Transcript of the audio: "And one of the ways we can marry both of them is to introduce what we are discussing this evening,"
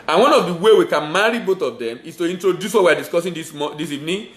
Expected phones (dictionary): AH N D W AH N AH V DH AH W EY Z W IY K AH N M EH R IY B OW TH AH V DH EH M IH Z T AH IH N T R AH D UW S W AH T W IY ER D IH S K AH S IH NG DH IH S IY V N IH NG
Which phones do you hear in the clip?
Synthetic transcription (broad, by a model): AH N W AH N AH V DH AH W EY W IY K AH N M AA R IY B OW TH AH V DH EH M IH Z T AH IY N T R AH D UW S W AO T W IY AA D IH S K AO S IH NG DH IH S IY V N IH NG